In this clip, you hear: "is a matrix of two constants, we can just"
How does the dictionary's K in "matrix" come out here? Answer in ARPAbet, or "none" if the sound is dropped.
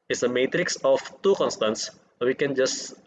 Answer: K